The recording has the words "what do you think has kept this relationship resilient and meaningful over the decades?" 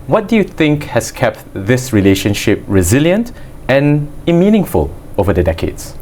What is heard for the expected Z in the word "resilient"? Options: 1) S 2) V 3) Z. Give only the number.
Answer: 3